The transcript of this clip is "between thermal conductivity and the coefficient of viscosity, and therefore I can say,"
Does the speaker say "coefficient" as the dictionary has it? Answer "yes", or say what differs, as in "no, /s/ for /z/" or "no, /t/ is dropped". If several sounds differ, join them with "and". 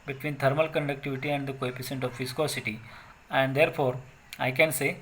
no, /p/ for /f/ and /s/ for /ʃ/